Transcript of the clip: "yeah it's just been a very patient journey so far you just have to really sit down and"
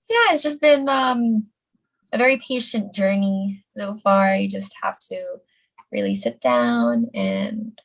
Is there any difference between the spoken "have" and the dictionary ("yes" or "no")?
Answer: yes